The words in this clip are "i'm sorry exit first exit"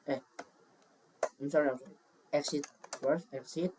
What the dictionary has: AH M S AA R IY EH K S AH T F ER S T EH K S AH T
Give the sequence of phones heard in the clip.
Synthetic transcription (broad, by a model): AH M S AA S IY EH K S AH T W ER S EH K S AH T